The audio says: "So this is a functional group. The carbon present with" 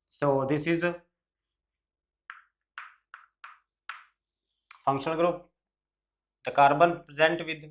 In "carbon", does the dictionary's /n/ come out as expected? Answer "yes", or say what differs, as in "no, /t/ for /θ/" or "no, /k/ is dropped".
yes